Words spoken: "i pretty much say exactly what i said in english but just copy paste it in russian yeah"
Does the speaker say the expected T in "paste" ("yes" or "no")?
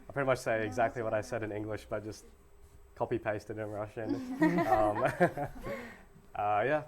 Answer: yes